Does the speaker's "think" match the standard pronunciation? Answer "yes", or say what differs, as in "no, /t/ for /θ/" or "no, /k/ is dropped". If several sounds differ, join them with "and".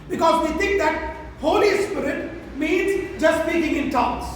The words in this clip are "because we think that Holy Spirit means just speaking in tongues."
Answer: no, /t/ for /θ/